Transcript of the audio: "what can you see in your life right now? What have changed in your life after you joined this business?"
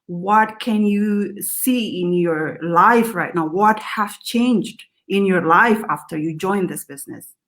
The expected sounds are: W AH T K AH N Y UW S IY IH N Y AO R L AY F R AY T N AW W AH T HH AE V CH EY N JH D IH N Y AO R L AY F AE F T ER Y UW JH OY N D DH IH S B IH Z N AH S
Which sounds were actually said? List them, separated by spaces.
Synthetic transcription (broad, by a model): W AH T K AH N Y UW S IY IH N Y AO R L AY F R AY T N AW W AH T HH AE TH CH EY N JH D IH N Y AO R L AY F AE F T ER Y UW JH OY N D DH IH S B IH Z N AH S